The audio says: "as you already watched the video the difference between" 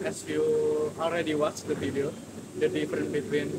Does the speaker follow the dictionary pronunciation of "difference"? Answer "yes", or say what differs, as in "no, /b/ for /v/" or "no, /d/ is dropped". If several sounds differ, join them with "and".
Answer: no, /s/ is dropped